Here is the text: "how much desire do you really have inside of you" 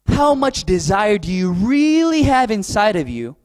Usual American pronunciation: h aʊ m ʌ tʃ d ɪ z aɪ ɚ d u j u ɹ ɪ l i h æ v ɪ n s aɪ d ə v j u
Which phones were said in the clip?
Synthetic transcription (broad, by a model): h aʊ m ʌ tʃ d ɪ z aɪ ɚ d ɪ j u ɹ ɪ l i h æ v ɪ n s aɪ d ə v j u